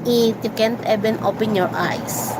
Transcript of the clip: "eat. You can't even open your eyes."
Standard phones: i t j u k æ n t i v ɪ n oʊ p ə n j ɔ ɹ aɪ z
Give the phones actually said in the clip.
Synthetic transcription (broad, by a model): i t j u k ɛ n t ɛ b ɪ n oʊ p ə n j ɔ ɹ aɪ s